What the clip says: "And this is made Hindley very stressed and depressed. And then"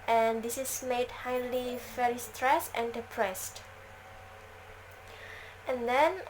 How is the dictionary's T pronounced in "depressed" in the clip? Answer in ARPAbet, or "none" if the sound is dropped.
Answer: T